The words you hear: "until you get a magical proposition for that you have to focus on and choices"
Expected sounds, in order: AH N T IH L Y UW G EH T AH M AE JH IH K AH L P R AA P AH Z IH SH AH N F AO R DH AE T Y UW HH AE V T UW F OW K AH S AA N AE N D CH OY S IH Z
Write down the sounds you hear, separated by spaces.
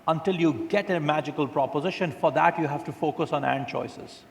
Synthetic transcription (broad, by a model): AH N T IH L Y UW G EH T AH M AE JH IH K AH L P R AA P AH Z IH SH AH N F AO R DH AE T Y UW HH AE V T UW F OW K AH S AA N AE N D CH OY S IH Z